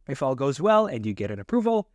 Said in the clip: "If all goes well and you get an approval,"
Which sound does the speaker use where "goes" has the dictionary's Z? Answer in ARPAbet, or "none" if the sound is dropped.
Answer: Z